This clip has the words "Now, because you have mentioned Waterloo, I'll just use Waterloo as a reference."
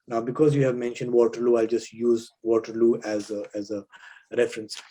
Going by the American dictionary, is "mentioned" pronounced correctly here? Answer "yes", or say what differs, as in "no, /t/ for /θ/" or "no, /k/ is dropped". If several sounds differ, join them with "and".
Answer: yes